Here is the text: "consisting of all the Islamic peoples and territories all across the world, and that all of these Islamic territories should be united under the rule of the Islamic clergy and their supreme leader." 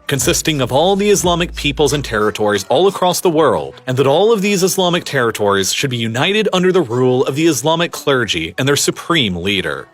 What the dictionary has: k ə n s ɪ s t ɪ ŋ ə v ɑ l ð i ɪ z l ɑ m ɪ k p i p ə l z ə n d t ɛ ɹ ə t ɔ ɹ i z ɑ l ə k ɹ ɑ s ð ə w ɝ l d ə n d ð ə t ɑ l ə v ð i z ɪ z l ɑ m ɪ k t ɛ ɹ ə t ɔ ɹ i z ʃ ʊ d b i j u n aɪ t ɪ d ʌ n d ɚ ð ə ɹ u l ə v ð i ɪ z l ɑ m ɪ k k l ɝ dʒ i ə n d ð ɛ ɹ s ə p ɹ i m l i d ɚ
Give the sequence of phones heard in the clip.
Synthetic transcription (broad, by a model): k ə n s ɪ s t ɪ ŋ ə v ɑ l ð i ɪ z l ɑ m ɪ k p i p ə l z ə n t ɛ ɹ ə t ɔ ɹ i z ɑ l ə k ɹ ɑ s ð ə w ɝ l d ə n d ð ə t ɑ l ə v ð i z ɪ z l ɑ m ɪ k t ɛ ɹ ə t ɔ ɹ i z ʃ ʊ d b i j u n aɪ t ɪ d ʌ n d ɚ ð ə ɹ u l ə v ð i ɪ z l ɑ m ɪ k k l ɝ dʒ i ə n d ð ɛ ɹ s ə p ɹ i m l i d ɚ